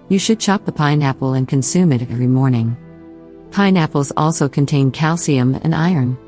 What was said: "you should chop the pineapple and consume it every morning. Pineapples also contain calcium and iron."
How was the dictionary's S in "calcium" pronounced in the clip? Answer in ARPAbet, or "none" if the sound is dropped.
S